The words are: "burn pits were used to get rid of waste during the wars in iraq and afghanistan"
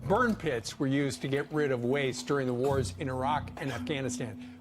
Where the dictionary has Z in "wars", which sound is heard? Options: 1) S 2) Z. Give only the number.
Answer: 2